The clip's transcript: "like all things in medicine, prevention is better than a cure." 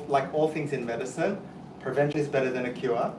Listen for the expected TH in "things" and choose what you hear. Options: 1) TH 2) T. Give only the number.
1